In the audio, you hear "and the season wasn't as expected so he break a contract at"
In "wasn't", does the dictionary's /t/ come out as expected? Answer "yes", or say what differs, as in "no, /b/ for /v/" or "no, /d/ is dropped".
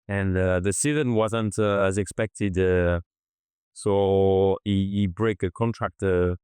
yes